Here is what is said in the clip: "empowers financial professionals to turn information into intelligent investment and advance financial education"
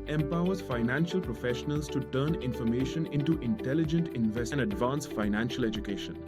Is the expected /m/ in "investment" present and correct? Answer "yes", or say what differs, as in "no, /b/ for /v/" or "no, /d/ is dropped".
no, /m/ is dropped